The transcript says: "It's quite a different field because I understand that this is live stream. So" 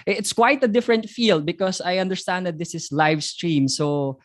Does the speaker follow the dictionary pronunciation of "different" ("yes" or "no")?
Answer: yes